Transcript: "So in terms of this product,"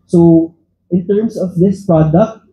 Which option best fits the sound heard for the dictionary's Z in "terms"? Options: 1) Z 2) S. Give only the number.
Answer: 2